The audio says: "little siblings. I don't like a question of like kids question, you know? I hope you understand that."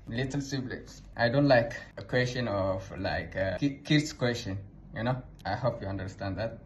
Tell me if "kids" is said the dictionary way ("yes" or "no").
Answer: no